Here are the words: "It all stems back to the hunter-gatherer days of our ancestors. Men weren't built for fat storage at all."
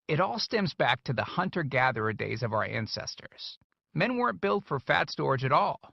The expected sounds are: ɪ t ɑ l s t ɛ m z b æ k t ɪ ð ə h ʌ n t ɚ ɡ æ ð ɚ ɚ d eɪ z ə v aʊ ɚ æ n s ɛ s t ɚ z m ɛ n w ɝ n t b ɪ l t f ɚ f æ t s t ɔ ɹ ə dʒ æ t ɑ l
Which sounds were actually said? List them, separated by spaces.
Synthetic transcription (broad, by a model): ɪ t ɑ l s t ɛ m z b æ k t ɪ ð ə h ʌ n t ɚ ɡ æ ð ɚ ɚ d eɪ z ə v aʊ ɚ æ n s ɛ s t ɚ z m ɛ n w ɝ n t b ɪ l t f ɚ f æ t s t ɔ ɹ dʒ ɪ t ɑ l